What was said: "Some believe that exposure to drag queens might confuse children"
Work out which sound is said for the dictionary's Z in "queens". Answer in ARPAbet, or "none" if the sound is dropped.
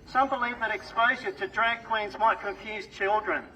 Z